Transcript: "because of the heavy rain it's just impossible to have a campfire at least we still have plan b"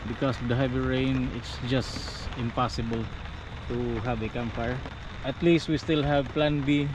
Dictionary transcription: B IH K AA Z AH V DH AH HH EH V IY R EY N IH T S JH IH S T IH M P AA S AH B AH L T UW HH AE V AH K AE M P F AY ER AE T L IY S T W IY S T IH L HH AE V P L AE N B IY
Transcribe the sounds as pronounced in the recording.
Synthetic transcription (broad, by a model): B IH K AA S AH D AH HH EH V IY R EY N IH T S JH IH S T IH M P AA S AH B AH L T UW HH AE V AH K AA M F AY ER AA T L IY S T W IY S T IH L HH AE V P L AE N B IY